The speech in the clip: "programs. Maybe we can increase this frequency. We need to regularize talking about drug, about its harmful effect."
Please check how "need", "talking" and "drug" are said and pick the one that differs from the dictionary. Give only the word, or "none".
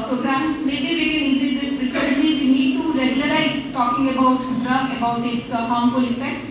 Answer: drug